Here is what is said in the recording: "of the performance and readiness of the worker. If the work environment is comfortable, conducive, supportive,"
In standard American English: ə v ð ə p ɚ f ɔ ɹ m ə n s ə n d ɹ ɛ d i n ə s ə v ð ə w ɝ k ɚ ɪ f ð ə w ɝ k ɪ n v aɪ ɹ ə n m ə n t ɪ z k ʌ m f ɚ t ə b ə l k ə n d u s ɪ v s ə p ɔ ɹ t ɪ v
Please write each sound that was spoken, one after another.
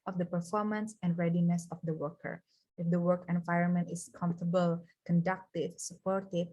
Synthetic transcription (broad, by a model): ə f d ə p ɚ f ɔ ɹ m ə n s ə n d ɹ ɛ d i n ə s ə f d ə w ɝ k ɚ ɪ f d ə w ɝ k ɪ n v aɪ ɹ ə n m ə n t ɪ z k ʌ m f t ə b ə l k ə n d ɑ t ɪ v s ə p ɔ ɹ t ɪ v